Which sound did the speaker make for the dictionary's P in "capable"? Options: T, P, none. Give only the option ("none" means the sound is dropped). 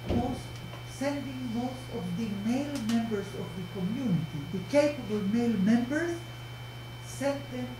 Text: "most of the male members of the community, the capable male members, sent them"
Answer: P